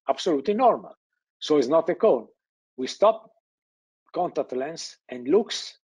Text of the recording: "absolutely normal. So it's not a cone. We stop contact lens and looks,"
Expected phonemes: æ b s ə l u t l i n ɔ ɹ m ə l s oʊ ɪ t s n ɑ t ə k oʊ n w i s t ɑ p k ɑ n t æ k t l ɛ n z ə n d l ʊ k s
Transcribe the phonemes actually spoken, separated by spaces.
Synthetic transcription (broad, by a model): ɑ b s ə l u t l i n ɔ ɹ m ə l s oʊ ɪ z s n ɑ t ə k oʊ n w i s t ɑ p k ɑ n t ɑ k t l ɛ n s ə n d l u k s